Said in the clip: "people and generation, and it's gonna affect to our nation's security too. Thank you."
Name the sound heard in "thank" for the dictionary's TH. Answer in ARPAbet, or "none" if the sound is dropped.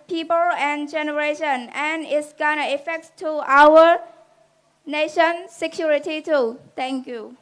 T